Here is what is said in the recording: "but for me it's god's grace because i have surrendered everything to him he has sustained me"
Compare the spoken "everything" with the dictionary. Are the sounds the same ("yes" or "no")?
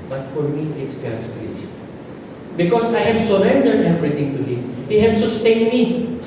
no